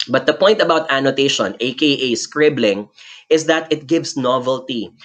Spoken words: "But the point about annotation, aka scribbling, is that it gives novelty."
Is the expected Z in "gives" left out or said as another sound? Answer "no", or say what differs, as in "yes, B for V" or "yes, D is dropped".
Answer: yes, S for Z